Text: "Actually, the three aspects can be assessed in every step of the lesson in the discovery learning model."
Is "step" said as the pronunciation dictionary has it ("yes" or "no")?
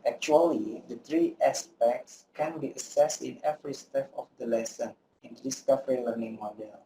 no